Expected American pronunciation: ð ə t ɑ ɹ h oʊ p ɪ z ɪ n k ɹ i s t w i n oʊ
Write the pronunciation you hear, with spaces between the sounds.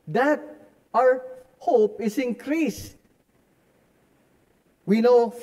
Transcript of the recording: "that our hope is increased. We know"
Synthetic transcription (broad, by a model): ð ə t ɑ ɹ h oʊ p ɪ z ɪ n k ɹ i s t w i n oʊ